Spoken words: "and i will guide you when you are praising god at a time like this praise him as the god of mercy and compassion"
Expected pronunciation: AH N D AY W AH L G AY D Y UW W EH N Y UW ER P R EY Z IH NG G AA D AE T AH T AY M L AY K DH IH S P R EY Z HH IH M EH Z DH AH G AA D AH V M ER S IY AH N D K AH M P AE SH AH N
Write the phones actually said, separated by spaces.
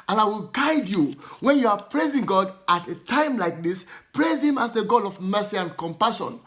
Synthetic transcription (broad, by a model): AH N AY W AH L G AY D Y UW W EH N Y UW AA P R EY Z IH NG G AA D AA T AH T AY M L AY K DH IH S P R EY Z HH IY M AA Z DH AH G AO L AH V M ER S IY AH N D K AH M P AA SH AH N